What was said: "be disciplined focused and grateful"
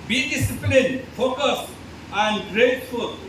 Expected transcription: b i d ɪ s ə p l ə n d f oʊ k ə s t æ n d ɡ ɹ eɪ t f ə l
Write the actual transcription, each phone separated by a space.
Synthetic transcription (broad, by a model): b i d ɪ s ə p l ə n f oʊ k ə s æ n d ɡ ɹ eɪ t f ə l